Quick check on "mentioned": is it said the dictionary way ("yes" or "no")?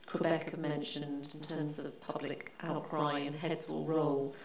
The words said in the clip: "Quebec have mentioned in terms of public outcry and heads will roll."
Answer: yes